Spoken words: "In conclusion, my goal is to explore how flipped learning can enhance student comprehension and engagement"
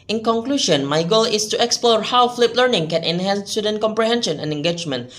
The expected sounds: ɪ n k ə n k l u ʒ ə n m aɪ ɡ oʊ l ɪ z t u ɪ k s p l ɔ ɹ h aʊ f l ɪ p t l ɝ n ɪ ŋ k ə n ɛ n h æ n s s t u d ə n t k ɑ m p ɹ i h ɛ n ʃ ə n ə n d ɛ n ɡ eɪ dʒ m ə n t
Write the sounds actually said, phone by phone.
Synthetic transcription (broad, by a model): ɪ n k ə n k l u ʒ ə n m aɪ ɡ oʊ l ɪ s t u ɪ k s p l ɔ ɹ h aʊ f l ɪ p l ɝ n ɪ ŋ k ə n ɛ n h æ n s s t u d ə n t k ɑ m p ɹ i h ɛ n ʃ ə n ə n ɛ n ɡ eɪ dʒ m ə n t